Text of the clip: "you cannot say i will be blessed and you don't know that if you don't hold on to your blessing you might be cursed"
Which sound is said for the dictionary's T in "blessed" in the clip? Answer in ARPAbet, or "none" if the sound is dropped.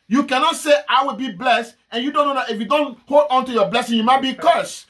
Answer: T